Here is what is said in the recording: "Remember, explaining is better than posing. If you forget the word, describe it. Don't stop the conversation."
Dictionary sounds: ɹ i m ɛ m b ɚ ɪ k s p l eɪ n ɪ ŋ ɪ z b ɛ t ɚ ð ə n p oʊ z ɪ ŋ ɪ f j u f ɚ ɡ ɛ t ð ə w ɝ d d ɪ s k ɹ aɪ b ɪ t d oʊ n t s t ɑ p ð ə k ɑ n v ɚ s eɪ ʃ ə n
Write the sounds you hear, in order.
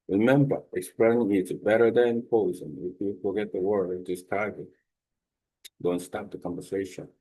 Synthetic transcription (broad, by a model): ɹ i m ɛ m b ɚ ɪ k s p l eɪ n ɪ ŋ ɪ s b ɛ t ɚ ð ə n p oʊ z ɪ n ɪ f j u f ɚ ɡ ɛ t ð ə w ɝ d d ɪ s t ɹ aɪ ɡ ɪ t d oʊ n t s t ɑ p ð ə k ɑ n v ɚ s eɪ ʃ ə n